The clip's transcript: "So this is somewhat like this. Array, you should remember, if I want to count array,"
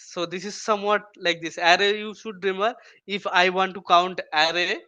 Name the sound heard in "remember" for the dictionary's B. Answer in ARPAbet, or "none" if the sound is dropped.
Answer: none